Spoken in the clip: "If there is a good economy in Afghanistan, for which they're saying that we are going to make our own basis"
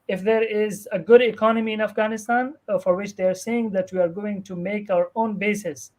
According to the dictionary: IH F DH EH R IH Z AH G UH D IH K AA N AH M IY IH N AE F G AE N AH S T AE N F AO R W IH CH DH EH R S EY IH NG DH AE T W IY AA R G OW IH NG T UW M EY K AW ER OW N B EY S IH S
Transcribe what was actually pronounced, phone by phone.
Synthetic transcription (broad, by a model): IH F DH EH R IH Z AH G UH D IH K AA N AH M IY IH N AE F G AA N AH S T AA N F AO R W IH CH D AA R S EY IH NG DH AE T W IY AA R G OW IH NG T UW M EY K AW ER OW N B EY S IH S